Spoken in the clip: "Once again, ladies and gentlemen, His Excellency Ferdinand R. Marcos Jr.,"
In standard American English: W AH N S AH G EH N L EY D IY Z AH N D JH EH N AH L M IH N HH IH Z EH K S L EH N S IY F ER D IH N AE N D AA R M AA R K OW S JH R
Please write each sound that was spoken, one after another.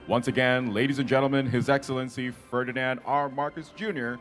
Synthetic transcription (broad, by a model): W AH N S AH G EH N L EY D IY Z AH N JH EH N L M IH N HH IH Z EH K S L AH N S IY F ER D IH N AE N D AA R M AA R K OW S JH R